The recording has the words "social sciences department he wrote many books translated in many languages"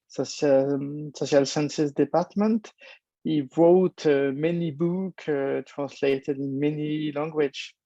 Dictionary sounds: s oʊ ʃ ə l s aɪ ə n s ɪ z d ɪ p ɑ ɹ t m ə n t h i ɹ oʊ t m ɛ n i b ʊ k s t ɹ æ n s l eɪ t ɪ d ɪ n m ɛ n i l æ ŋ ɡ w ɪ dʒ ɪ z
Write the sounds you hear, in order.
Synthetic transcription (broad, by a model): s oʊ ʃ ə l s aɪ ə n s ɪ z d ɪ p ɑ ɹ t m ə n t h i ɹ oʊ t m ɛ n i b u k t ɹ æ n s l eɪ t ɪ d ɪ n m ɛ n i l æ ŋ ɡ w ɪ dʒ